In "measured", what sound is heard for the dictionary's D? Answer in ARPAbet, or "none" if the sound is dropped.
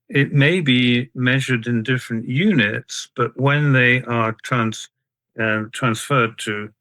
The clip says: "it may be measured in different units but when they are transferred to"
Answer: D